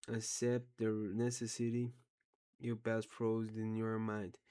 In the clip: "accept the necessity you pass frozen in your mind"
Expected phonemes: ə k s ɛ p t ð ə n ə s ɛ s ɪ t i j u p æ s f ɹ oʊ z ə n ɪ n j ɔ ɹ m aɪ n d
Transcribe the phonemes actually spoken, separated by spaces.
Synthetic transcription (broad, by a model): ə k s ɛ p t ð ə n ə s ɛ s ɪ t i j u b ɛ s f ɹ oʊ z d ɪ n j ɔ ɹ m aɪ n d